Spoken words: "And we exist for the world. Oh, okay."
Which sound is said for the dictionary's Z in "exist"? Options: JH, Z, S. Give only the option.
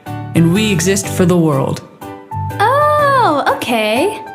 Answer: Z